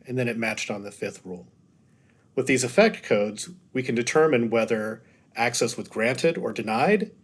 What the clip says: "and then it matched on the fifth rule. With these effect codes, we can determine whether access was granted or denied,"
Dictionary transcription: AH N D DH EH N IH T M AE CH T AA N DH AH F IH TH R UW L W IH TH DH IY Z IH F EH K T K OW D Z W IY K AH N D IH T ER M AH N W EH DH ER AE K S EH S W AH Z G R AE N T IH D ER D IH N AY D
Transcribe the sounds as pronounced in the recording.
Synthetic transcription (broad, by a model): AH N DH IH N IH T M AE CH T N DH AH F IH TH R UW L W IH DH IY Z IH F EH K T K OW D Z W IY K AH N D IH T ER M AH N W EH DH ER AE K S EH S W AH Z G R AE N T IH D ER D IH N AY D